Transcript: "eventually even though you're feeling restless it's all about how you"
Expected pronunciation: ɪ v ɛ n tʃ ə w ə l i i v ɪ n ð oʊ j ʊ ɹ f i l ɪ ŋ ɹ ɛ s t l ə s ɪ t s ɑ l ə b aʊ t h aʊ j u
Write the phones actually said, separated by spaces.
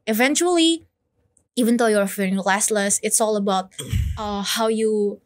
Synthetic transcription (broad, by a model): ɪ v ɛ n tʃ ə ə l i i v ɪ n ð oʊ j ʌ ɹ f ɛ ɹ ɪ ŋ l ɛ s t l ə s ɪ t s ɑ l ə b aʊ t h aʊ j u